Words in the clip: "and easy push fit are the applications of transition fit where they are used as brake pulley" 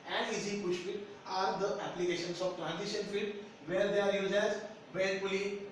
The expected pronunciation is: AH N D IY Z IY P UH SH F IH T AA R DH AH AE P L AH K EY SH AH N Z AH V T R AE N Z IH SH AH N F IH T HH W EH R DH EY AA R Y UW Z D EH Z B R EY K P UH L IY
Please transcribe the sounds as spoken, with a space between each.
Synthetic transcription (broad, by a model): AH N D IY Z IY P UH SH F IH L AA R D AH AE P L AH K EY SH AH N S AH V T R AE N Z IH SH AH N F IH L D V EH R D EY AA R Y UW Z EH Z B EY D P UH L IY